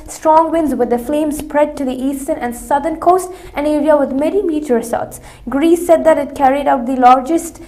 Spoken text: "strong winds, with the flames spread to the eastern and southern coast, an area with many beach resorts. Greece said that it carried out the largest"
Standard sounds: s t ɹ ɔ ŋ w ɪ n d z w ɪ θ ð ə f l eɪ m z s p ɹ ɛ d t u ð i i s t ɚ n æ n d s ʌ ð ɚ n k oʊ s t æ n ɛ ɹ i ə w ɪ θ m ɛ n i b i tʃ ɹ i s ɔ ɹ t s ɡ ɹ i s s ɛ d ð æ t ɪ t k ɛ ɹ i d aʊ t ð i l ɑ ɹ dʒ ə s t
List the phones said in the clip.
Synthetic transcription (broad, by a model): s t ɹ ɔ ŋ w ɪ n d z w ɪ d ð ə f l eɪ m s p ɹ ɛ d t u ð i i s t ɚ n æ n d s ʌ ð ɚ n k oʊ s t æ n ɛ ɹ i ə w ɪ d m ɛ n i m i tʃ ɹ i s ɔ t s ɡ ɹ i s s ɛ d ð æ t ɪ t k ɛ ɹ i d aʊ t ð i l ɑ ɹ dʒ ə s t